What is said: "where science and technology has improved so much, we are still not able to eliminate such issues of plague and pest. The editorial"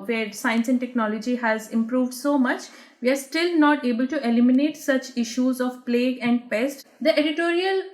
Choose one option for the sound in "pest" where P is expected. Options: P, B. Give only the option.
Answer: P